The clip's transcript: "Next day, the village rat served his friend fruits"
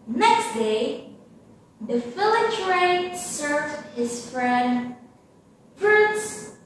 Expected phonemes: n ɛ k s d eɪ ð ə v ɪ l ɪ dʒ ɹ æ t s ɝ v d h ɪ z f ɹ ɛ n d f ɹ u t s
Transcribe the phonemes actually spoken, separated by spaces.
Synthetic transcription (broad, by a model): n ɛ k s d eɪ ð ə f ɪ l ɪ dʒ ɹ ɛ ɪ s ɝ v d h ɪ z f ɹ ɛ n d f ɹ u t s